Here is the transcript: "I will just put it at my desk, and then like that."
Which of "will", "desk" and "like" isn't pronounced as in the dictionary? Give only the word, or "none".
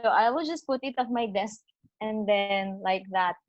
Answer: none